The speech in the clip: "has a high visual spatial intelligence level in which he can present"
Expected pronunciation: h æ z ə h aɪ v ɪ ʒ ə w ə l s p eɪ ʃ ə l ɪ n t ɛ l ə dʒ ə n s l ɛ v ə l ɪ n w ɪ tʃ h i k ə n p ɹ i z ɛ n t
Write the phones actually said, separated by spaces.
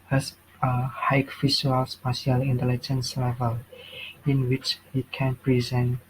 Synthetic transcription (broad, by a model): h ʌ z ə h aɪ f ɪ ʃ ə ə l s p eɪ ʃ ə l ɪ n t ɛ l ə dʒ ə n s l ɛ v ə l ɪ n w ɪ tʃ h i k ə n p ɹ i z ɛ n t